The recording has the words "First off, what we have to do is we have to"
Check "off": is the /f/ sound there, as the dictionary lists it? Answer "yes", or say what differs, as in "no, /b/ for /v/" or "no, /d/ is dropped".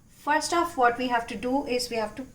yes